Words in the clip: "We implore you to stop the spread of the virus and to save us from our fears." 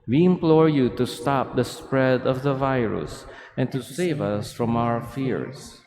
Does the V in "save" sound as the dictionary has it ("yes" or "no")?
yes